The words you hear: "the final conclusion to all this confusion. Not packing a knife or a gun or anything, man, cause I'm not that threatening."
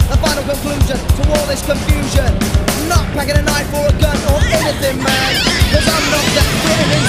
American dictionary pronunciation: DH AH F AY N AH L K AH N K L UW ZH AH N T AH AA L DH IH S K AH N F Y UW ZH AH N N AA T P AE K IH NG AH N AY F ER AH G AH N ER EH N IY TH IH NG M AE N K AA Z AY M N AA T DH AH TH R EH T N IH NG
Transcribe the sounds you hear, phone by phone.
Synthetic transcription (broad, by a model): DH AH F AY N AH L K AH N K L UW ZH AH N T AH AA L DH IH S K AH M F Y UW ZH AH N N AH T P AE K IH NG AH N AY F ER AH G AH N ER EH N IY TH IH NG M AE N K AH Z AY M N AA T DH AH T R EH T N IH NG